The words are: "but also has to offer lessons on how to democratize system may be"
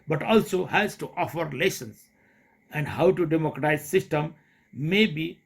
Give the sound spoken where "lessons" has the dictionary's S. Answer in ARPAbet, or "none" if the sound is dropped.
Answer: SH